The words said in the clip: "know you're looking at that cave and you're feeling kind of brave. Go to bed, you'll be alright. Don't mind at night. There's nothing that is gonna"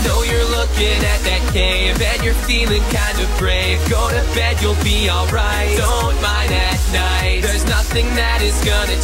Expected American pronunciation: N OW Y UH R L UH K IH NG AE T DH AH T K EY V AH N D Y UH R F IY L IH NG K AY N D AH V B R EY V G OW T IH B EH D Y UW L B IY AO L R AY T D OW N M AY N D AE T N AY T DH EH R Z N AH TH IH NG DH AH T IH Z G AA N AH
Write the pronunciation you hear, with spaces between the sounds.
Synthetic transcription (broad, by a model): N OW Y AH R L UH K IH NG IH T DH AH T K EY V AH N Y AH R F IY L IH NG K AY N D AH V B R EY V G OW T IH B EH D Y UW L B IY AO L R AY T D OW N M AY N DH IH T N AY T DH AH R Z N AH TH IH NG DH AH T IH Z G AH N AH